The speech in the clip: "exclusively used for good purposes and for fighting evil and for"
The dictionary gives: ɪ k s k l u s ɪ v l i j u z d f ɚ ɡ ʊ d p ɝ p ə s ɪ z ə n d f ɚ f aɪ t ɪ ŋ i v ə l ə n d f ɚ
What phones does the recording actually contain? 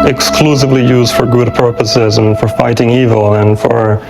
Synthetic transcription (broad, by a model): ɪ k s k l u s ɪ v l i j u z d f ɚ ɡ ʊ d p ɝ p ə s ɪ z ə n f ɚ f aɪ t ɪ ŋ i v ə l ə n f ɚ